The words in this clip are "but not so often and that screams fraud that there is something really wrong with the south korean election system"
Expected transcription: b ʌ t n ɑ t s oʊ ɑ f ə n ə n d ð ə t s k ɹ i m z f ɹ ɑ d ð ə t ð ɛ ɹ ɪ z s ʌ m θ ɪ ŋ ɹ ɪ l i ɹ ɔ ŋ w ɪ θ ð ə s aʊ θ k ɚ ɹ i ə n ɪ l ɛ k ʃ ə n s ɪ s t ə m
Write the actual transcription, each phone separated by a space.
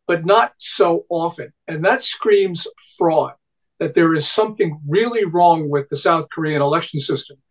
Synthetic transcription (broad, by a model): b ʌ t n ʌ t s oʊ ɑ f ə n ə n ð ə t s k ɹ i m z f ɹ ɑ d ð ə t ð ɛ ɹ ɪ z s ʌ m θ ɪ ŋ ɹ ɪ l i ɹ ɔ ŋ w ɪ ð ə s aʊ θ k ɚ ɹ i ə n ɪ l ɛ k ʃ n s ɪ s t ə m